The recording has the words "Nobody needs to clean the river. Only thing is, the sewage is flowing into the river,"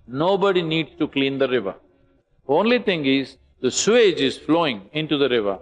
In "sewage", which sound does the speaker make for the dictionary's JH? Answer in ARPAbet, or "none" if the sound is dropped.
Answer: JH